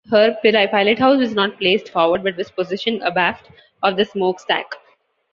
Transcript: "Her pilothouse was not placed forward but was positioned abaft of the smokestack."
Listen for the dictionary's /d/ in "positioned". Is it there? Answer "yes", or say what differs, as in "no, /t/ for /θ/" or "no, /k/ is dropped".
no, /d/ is dropped